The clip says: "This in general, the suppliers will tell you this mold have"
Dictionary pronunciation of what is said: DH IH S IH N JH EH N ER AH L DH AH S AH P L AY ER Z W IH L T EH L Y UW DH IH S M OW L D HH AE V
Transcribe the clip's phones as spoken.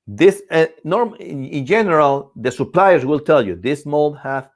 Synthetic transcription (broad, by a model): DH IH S IH N JH EH N ER AH L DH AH S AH P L AY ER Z W IH L T EH L Y UW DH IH S M OW L D HH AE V